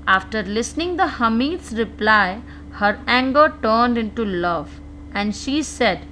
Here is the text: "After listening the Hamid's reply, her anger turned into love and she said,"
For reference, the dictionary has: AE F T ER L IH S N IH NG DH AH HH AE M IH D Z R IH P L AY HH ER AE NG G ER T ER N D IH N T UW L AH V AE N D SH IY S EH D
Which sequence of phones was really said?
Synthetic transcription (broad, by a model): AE F T ER L IH S N IH NG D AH HH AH M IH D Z R IH P L AY HH ER AE NG G ER T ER N D IH N T UW L AH V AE N D SH IY S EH D